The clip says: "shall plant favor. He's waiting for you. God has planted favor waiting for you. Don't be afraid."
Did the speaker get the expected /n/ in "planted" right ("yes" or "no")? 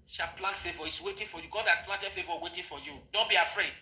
no